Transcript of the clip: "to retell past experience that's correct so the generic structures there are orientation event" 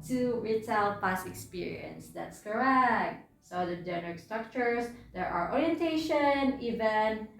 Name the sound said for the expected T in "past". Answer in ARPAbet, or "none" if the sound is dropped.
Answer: none